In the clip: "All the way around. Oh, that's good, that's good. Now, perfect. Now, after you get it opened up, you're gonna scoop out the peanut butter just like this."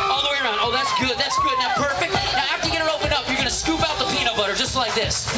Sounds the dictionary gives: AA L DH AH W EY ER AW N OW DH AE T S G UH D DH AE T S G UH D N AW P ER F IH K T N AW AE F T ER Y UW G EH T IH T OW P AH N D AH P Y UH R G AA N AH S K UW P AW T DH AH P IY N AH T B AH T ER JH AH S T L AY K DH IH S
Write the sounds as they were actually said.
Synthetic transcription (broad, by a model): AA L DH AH W EY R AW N OW DH AE T S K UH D DH AE T S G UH D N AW P ER F IH K T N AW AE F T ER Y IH G EH T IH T OW P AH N AH P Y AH R G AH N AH S K UW P AW T DH AH P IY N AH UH B AH T ER JH AH S T L AY K DH IH S